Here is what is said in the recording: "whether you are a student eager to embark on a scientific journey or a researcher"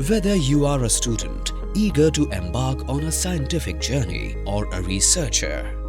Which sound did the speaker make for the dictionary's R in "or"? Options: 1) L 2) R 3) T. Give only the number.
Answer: 2